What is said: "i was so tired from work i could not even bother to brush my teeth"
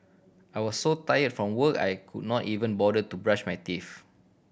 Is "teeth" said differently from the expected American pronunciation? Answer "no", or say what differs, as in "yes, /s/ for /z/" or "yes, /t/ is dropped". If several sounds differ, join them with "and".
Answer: yes, /f/ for /θ/